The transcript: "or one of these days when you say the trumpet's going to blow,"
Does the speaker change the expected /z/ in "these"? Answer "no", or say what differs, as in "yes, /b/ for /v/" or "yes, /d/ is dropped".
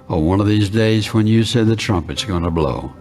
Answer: no